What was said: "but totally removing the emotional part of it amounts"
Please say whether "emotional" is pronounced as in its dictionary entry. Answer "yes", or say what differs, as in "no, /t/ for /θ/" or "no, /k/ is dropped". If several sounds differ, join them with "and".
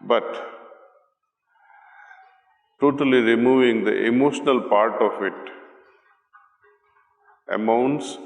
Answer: yes